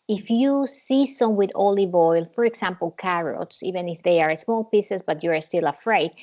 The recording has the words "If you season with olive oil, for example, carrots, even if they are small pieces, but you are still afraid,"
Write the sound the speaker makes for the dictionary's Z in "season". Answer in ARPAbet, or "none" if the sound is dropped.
S